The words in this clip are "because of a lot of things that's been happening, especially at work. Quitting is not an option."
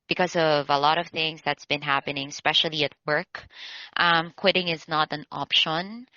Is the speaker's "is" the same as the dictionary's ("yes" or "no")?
yes